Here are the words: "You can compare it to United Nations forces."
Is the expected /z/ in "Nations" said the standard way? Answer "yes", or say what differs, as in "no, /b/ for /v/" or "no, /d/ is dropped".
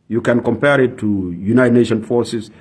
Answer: no, /z/ is dropped